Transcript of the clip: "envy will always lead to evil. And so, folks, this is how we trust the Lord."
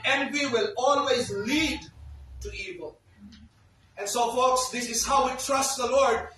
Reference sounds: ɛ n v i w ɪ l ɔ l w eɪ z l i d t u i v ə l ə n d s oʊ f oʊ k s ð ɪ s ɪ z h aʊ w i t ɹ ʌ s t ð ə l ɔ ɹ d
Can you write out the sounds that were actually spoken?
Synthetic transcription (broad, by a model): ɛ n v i w ɪ l ɔ l w eɪ z l i d t u i v ə l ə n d s oʊ f oʊ k s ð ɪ s ɪ z h aʊ w i t ɹ ʌ s t ð ə l ɔ ɹ d